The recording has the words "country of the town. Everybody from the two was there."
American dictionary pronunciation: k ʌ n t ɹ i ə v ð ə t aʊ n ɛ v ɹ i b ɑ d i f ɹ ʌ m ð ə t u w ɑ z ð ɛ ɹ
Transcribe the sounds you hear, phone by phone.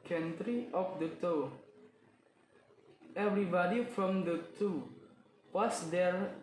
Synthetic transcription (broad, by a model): k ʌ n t ɹ i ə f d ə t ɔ ɛ v ɹ i b ɑ d i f ɹ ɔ m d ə t u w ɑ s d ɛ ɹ